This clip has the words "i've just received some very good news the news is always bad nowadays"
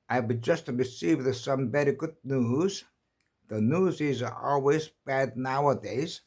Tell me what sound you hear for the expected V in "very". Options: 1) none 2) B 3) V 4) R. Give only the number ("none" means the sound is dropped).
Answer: 2